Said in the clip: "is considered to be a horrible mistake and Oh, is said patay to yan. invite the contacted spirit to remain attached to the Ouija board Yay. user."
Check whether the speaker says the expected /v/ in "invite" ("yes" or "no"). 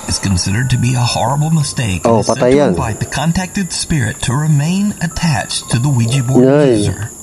no